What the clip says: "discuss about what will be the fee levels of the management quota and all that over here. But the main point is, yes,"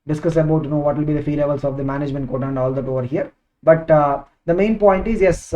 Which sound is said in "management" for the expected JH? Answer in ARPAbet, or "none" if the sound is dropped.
JH